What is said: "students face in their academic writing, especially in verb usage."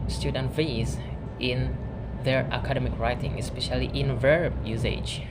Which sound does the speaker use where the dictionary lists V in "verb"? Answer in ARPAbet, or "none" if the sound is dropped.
V